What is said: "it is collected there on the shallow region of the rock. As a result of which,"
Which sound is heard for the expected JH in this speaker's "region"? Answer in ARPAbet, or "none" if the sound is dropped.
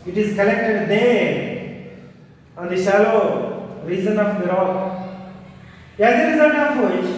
Z